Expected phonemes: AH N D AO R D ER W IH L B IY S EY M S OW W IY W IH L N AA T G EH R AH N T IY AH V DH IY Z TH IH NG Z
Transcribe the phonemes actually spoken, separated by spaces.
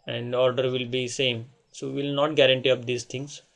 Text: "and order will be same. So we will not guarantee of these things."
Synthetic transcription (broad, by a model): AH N D AO R D ER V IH L B IY S EY M S OW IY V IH L N AA T G EH R AH N T IY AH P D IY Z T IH NG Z